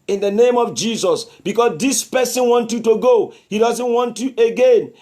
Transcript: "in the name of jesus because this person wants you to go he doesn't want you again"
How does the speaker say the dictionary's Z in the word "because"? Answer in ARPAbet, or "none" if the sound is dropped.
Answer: S